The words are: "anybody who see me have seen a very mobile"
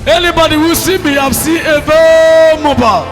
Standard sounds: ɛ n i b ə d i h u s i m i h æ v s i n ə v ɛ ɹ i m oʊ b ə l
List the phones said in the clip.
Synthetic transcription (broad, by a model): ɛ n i b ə d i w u s i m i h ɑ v s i ə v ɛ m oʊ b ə